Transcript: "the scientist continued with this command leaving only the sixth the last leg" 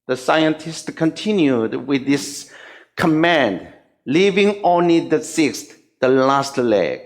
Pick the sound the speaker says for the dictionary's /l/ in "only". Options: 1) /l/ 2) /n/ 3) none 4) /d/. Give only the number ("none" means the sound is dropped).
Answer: 1